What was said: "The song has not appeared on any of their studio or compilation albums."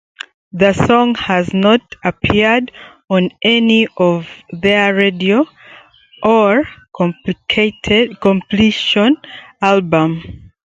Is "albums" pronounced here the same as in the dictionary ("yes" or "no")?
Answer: no